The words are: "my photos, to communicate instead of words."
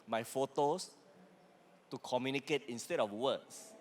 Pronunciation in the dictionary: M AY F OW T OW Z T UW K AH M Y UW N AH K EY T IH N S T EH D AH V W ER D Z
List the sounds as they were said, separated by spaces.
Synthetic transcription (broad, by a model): M AY F OW T OW S T UW K AH M Y UW N AH K EY T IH N S T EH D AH F W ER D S